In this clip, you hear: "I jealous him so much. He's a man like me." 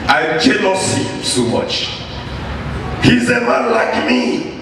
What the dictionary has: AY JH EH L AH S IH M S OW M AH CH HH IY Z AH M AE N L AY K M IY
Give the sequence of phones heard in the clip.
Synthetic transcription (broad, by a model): AY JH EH N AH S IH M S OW M AH CH HH IY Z AH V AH L AY K M IY